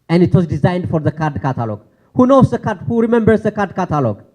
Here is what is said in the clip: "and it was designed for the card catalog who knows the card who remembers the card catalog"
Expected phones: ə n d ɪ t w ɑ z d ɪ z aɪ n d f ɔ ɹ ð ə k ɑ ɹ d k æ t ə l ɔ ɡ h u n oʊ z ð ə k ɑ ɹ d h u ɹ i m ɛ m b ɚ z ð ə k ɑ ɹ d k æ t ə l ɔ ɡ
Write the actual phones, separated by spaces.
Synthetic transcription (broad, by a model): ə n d ɪ t w ɑ z d ɪ z aɪ n d f ɔ ɹ ð ə k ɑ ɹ d k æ t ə l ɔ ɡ h u n oʊ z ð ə k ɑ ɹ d h u ɹ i m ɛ m b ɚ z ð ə k ɑ ɹ d k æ t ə l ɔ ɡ